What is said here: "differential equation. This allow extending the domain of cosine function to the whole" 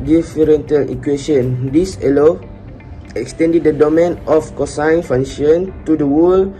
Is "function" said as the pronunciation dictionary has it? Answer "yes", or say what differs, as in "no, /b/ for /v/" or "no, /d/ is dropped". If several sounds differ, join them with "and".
no, /k/ is dropped